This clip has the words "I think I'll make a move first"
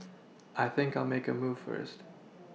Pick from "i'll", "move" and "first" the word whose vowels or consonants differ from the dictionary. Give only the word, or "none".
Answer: none